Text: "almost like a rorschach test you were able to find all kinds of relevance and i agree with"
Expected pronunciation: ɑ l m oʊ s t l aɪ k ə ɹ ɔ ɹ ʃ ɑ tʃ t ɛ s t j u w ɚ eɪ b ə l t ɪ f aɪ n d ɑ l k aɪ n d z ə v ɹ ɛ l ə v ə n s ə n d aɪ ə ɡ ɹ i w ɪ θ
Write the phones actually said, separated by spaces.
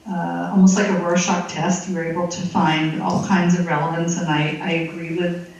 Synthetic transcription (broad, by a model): ɑ l m oʊ s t l aɪ k ə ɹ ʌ ɹ ʃ ɑ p t ɛ s t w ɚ eɪ b l t ɪ f aɪ n d ɑ l k aɪ n d z ə v ɹ ɛ l ə v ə n s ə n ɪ aɪ ə ɡ ɹ i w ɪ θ